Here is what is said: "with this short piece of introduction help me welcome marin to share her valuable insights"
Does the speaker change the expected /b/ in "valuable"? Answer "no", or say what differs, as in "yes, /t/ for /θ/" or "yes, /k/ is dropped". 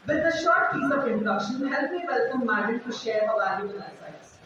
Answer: yes, /b/ is dropped